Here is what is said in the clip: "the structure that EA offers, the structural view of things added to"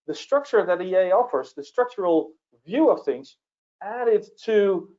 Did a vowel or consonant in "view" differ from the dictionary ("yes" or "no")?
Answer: no